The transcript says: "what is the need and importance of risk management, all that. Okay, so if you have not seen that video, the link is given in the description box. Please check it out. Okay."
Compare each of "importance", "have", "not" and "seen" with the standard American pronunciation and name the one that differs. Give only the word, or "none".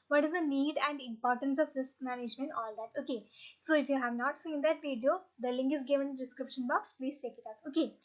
none